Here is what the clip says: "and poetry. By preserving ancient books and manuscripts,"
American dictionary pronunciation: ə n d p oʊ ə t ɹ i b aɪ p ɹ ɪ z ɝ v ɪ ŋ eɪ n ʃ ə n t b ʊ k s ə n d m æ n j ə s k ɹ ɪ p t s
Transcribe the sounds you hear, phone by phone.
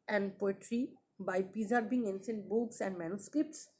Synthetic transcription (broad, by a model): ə n d p oʊ ə t ɹ i b aɪ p ɪ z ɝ b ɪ ŋ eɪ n s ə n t b ʊ k s ə n d m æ n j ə s k ɹ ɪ p t s